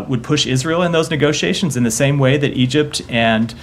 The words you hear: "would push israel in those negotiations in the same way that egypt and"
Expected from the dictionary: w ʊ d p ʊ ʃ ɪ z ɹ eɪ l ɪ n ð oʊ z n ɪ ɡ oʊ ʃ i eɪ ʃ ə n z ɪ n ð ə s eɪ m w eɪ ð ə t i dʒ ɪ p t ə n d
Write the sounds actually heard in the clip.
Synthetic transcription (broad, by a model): w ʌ d p ʊ ʃ ɪ z ɹ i l ɪ n ð oʊ z n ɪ ɡ oʊ ʃ i eɪ ʃ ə n z ɪ n ð ə s eɪ m w eɪ ð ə t i dʒ ɪ p t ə n